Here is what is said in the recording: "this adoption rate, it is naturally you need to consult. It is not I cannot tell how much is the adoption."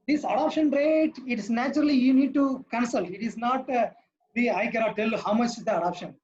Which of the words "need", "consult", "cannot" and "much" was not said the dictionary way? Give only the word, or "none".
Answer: none